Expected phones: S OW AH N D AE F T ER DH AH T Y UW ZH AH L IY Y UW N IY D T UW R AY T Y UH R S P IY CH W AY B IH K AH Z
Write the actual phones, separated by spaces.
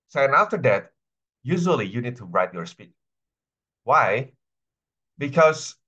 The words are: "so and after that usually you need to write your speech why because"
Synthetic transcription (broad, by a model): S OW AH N AE F T ER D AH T Y UW ZH AH L IY Y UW N IY D T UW R AY T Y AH R S P IY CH W AY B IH K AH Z